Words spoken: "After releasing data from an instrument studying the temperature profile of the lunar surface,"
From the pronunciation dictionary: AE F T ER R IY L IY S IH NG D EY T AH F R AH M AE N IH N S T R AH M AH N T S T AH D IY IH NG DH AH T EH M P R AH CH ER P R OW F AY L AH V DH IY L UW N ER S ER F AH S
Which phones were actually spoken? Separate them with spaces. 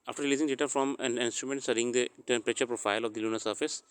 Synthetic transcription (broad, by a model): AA F T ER R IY L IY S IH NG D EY T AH F R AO M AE N IH N S T R AH M AH N T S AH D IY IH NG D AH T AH P R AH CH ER P R OW F AY L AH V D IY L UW N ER S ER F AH S